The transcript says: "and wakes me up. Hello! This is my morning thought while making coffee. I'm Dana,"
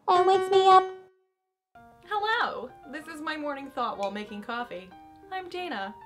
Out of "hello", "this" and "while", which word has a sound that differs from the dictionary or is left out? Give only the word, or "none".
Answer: none